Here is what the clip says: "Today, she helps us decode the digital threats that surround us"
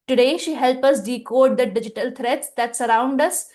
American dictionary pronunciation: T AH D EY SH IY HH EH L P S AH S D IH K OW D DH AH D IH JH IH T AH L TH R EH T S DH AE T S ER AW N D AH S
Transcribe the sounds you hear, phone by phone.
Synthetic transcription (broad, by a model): T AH D EY SH IY HH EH L P AH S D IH K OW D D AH D IH JH IH T AH L T R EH T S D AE T S ER AW N D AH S